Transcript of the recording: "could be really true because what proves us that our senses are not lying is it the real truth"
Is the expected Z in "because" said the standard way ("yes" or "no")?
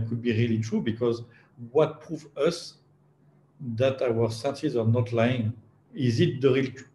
yes